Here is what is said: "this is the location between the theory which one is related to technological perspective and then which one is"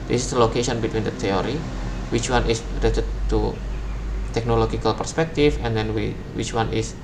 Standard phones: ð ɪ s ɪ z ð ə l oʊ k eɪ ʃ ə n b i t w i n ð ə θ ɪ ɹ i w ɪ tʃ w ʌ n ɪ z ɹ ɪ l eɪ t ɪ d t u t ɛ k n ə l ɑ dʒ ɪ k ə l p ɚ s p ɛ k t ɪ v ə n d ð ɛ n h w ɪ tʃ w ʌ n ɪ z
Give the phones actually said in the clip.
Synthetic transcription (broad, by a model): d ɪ s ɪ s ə l oʊ k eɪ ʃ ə n b i t w i n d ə t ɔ ɹ i w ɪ tʃ w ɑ n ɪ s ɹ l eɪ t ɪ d t u t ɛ k n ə l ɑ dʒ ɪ k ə l p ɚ s p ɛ k t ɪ f ə n d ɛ n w w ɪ tʃ w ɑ n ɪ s